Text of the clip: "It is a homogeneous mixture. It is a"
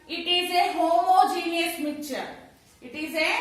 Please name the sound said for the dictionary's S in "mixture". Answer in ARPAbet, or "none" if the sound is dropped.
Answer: none